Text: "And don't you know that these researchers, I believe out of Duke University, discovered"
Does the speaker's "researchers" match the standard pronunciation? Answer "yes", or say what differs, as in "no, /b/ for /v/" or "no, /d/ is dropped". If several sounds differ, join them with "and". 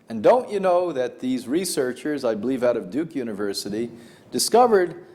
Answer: yes